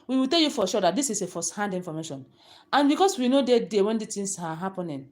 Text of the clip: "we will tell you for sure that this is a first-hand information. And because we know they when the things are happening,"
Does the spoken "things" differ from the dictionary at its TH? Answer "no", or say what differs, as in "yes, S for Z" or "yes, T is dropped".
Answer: yes, T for TH